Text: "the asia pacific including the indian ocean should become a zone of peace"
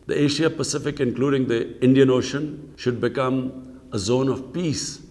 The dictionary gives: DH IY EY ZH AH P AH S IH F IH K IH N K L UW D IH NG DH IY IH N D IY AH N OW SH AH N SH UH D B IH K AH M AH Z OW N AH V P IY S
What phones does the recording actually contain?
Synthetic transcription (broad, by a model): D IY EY SH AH P AH S IH F IH K IH N K L UW D IH NG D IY IH N D IY AH N OW SH AH N SH UH D B IH K AH M AH Z OW N AH V P IY S